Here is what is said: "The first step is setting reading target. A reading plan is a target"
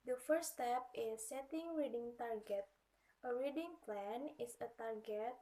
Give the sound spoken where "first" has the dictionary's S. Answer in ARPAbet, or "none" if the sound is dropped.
none